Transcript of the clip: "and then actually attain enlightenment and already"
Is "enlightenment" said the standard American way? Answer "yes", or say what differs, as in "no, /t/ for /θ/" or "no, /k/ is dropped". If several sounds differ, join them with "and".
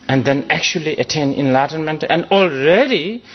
yes